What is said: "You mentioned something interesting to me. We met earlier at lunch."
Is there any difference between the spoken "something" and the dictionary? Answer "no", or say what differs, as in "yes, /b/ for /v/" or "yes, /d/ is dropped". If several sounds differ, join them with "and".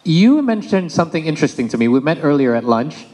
no